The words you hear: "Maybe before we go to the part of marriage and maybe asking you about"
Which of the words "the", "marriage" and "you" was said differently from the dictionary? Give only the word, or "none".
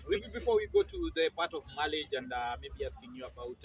marriage